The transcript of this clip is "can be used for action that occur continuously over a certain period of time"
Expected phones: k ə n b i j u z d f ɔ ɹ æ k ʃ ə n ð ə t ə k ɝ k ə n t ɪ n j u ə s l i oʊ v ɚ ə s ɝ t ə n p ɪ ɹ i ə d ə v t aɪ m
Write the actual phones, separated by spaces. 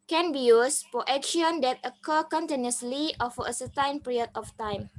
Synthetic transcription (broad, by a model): k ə n b i j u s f ɔ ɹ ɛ k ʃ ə n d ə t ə k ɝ k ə n t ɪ n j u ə s l i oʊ f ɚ ə s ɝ t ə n p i ɹ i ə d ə f t aɪ m